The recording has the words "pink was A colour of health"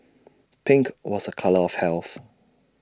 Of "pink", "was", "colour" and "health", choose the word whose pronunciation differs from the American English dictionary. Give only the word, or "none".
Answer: none